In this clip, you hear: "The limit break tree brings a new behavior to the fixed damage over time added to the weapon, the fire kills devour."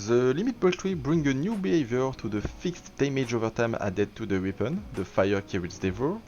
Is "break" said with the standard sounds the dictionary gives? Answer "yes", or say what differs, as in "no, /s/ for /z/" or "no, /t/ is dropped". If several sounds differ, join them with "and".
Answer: no, /ɹ/ is dropped